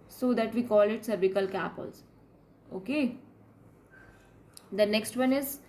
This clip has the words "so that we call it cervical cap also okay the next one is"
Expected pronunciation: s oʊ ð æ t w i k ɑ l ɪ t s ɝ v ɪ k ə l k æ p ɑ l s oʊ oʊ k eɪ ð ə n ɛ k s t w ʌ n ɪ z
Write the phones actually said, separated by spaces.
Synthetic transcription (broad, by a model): s oʊ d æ t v i k ɑ l ɪ t s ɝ b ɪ k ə l k æ p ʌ l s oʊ oʊ k eɪ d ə n ɛ k s t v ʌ n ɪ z